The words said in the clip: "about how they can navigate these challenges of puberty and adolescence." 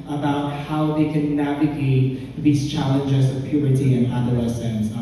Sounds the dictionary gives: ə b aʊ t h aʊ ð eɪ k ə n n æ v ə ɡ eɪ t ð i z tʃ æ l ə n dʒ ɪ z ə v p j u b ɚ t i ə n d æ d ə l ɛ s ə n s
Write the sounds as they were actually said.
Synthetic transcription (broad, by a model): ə b aʊ t h aʊ ð eɪ k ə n n æ v ə ɡ eɪ t ð i z tʃ æ l ə n dʒ ɪ z ə v p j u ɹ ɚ t i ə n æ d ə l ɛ s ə n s